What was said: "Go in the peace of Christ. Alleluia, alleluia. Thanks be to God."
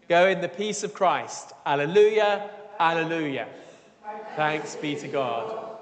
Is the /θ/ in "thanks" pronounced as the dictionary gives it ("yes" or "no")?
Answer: yes